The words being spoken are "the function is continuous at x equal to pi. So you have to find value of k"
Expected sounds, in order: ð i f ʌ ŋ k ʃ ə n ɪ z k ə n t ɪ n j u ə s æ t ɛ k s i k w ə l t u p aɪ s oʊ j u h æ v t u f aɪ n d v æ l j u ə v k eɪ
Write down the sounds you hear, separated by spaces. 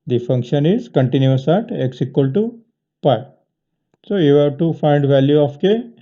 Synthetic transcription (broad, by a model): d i f ʌ ŋ k ʃ ə n ɪ z k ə n t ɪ n j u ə s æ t ɛ k s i k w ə l t u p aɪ s oʊ j u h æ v t u f aɪ n d v æ l j u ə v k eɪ